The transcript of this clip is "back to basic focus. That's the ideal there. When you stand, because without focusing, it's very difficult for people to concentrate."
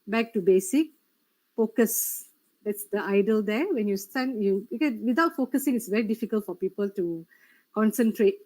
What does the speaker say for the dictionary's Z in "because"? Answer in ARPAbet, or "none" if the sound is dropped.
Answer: none